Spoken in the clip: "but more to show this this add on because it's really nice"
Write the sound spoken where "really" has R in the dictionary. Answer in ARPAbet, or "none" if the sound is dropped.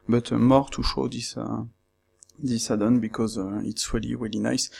R